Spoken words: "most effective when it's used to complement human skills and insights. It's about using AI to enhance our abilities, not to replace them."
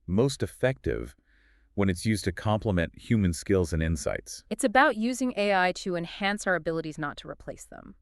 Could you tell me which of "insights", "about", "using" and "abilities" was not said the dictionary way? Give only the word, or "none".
none